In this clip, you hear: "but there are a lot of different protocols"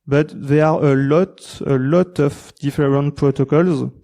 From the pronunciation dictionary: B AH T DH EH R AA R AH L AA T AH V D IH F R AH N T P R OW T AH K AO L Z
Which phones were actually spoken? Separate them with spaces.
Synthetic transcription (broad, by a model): B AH T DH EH L AA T AH L AA T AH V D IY F R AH N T P R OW T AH K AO L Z